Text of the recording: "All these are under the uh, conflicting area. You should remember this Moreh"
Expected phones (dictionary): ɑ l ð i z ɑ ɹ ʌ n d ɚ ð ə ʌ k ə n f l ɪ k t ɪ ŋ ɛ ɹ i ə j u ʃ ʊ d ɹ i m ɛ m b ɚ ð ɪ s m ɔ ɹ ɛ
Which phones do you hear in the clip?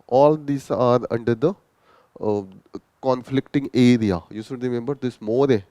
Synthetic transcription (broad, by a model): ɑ l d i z ɑ ɹ ʌ n d ɚ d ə ʌ k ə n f l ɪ k t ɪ ŋ ɛ ɹ i ə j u s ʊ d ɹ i m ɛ m b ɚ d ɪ s m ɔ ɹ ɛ